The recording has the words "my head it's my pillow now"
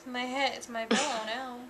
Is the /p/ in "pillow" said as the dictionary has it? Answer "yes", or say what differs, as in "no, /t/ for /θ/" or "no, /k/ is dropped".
no, /b/ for /p/